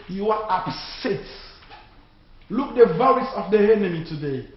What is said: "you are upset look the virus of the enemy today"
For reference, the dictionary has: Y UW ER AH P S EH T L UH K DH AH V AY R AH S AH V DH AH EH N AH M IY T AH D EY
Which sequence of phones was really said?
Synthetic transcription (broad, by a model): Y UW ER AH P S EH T L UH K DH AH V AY L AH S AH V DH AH EH N AH M IY T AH D EY